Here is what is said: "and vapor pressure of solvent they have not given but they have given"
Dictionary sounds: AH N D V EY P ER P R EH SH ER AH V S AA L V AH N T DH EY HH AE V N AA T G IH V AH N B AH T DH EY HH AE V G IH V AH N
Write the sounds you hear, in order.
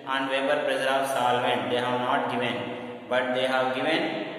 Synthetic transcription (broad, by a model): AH N D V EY B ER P R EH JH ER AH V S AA L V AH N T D EY HH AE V N AA T G IH V AH N B AH T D EY HH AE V G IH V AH N